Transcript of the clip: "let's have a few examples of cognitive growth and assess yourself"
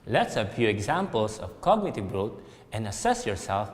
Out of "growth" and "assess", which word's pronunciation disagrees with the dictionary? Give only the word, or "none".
growth